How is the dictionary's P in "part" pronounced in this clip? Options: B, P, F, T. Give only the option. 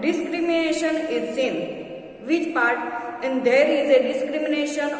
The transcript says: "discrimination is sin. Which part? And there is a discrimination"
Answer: P